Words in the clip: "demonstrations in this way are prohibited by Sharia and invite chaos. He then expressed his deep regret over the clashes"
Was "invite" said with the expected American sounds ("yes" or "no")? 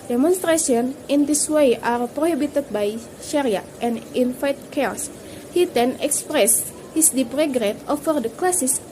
no